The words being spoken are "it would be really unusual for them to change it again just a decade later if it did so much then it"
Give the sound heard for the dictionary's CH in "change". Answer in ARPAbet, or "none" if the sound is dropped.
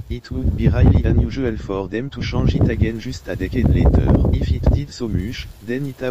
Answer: SH